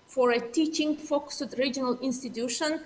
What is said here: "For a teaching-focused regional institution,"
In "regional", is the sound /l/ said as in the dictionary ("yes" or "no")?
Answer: yes